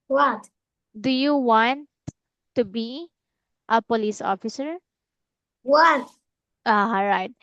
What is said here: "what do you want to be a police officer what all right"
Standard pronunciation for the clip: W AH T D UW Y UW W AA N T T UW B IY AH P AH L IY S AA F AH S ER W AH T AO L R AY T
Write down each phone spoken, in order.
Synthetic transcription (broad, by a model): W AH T D UW Y UW W AA N T T UW B IY AH P AH L IY S AA F AH S ER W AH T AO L R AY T